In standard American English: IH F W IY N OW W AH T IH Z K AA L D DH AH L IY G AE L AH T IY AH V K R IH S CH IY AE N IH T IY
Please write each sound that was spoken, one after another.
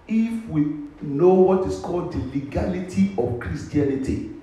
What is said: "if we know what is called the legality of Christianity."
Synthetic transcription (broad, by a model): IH F W IY N OW W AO T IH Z K AA L D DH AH L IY G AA L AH T IY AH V K R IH S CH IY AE N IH T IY